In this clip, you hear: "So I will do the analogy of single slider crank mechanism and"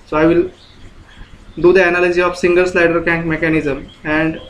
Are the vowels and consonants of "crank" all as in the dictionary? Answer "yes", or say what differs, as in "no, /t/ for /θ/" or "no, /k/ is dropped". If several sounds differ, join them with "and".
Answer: no, /ɹ/ is dropped